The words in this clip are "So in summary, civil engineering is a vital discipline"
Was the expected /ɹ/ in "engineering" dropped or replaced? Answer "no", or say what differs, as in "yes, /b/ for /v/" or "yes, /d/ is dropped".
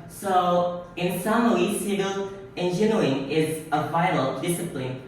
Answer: yes, /ɹ/ is dropped